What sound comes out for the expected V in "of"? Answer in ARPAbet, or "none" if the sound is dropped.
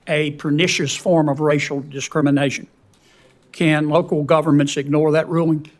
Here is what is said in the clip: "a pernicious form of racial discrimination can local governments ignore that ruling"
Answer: V